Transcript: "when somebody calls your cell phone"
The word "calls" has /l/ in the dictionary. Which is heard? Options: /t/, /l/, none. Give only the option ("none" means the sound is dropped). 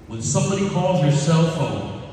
/l/